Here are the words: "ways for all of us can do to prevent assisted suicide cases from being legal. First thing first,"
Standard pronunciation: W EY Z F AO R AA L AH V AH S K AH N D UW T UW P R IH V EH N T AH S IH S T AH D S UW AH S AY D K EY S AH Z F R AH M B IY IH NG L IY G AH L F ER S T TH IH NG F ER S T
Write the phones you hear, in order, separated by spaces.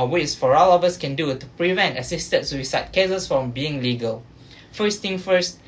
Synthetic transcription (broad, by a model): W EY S F AO R AA L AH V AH S K AH N D UW T UW P R IH V EH N T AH S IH S T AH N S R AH S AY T K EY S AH S F R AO M B IY IH NG L IY G AH L F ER S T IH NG F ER S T